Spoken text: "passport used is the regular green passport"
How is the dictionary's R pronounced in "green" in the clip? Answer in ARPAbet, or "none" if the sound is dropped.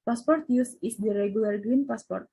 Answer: R